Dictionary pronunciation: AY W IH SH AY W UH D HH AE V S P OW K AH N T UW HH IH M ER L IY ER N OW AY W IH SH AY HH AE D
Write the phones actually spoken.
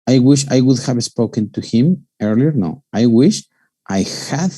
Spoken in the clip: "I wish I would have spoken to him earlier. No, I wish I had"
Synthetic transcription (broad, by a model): AY W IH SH AY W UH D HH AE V S P OW K AH N T UW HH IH M ER L IY ER N OW AY W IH SH AY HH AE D